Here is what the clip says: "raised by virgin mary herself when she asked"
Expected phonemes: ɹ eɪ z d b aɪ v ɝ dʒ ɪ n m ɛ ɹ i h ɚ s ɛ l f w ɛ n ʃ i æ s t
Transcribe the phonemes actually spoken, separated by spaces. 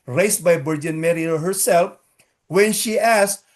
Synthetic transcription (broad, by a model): ɹ eɪ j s b aɪ b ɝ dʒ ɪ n m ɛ ɹ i h ɚ s ɛ l f w ɛ n ʃ i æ s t